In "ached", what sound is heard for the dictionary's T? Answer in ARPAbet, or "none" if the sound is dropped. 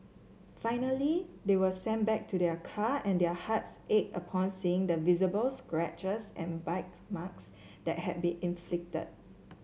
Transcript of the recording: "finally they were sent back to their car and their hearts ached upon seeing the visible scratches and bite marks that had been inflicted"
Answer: none